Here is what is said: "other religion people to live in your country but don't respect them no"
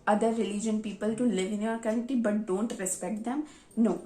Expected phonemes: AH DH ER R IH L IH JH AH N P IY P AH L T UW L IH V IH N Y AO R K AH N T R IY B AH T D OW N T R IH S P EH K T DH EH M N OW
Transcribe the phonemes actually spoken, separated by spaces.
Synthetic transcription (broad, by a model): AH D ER R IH L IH JH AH N P IY P AH L T UW L IH V IH N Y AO R K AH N T IY B AH T D OW N T R IH S P EH K T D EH M N OW